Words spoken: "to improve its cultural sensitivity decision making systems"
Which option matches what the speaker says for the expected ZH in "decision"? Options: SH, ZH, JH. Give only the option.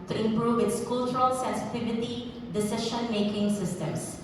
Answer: SH